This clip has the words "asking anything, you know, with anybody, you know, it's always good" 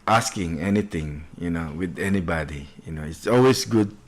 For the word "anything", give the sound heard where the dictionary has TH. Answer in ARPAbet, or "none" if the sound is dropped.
T